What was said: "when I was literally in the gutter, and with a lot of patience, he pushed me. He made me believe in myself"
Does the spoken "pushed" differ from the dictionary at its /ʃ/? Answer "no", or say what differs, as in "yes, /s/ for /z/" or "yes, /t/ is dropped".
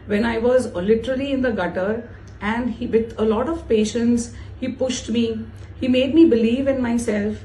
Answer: no